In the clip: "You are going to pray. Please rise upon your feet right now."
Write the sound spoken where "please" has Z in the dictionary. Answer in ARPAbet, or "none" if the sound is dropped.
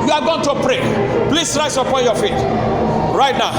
S